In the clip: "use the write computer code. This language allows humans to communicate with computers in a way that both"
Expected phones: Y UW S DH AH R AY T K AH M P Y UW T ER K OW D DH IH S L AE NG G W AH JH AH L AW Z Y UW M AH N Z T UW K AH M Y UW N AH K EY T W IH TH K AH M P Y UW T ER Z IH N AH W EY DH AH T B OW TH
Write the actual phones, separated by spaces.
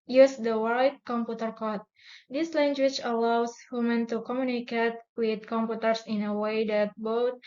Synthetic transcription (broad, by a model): Y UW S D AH W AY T K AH M P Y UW T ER K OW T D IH S L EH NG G W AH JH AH L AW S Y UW M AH N T UW K AH M Y UW N AH K EY T W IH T K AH M P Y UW T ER S IH N AH W EY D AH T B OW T